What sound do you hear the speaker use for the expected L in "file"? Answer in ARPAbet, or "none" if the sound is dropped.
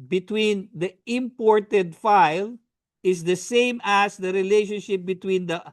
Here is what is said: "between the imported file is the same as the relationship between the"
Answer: L